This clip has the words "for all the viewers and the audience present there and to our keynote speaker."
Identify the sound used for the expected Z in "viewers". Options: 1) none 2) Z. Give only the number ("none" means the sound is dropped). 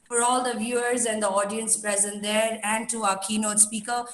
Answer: 2